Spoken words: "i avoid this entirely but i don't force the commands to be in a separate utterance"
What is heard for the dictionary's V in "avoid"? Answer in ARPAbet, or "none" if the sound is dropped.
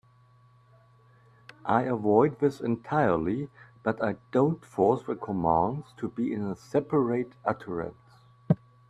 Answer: V